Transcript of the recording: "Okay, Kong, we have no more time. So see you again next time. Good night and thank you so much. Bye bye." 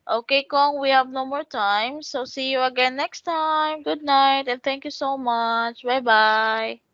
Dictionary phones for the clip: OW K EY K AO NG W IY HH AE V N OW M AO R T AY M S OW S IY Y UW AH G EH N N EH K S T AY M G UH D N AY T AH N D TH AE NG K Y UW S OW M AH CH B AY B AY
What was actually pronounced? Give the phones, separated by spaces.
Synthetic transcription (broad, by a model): OW K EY K AO NG W IY HH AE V N OW M AO R T AY M S OW S IY Y UW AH G EH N N EH K S T AY M G UH D N AY T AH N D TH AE NG K Y UW S OW M AH CH B AY B AY